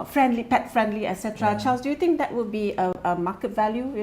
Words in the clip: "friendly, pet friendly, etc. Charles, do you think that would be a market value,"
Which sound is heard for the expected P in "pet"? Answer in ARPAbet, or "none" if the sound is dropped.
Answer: P